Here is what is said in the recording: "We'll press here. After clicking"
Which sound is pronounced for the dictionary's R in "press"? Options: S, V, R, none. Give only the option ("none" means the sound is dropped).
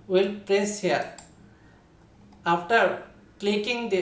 R